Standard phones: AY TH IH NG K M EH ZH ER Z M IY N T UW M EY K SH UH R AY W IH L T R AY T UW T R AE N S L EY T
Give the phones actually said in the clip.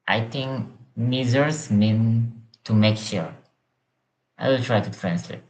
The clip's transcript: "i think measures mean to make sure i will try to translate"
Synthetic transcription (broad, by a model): AY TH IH NG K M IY Z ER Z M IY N T UW M EY K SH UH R AY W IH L T R AY T UW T R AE N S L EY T